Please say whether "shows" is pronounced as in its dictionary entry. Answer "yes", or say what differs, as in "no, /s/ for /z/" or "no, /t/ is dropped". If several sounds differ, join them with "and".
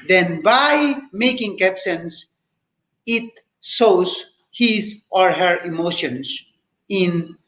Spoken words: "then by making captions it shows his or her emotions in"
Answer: no, /s/ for /ʃ/